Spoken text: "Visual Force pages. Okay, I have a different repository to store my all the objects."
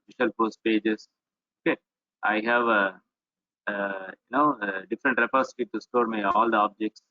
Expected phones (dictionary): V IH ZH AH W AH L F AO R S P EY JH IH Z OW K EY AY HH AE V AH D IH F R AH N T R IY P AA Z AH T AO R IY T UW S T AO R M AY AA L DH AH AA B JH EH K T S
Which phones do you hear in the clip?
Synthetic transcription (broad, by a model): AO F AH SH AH L P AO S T P EY JH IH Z OW K EY AY HH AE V AH D IH F R AH N T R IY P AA S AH T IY T UW S T AO R M AY AA L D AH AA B JH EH K T S